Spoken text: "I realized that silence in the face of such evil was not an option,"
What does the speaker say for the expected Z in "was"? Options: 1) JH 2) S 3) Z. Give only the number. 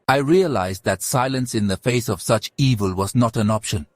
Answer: 3